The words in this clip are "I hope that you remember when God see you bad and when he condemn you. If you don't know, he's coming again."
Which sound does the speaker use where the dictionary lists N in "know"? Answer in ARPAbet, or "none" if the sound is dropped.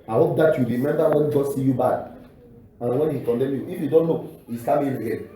L